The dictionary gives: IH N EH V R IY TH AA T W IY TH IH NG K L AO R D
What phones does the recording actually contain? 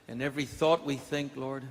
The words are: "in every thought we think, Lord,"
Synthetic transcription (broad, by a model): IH N EH V R IY TH AA T W IY TH IH NG K L AO R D